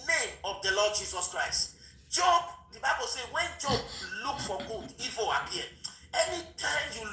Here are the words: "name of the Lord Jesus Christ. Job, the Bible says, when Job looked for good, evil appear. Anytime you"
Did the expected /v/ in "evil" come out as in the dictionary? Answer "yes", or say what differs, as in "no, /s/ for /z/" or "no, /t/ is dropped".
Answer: no, /f/ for /v/